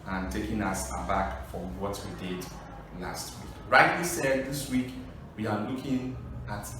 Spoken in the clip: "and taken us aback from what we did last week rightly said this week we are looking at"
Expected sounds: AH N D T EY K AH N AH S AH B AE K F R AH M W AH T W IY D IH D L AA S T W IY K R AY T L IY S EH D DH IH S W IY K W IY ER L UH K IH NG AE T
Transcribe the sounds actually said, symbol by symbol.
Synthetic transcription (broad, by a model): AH N T EY K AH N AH S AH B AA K F R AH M W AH T W IY D IH D L AA S T W IY K R AY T W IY S EH D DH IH S W IY K W IY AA L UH K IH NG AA T